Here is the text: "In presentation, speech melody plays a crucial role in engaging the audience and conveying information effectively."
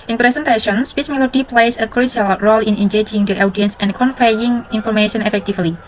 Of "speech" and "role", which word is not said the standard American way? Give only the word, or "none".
speech